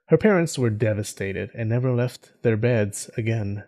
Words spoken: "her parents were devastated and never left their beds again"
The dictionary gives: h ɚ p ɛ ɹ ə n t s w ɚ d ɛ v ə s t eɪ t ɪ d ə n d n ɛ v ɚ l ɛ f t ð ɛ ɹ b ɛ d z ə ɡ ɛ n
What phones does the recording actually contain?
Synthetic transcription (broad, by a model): h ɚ p ɛ ɹ ə n t s w ɚ d ɛ v ə s t eɪ t ɪ d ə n n ɛ v ɚ l ɛ f t ð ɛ ɹ b ɛ d z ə ɡ ɛ n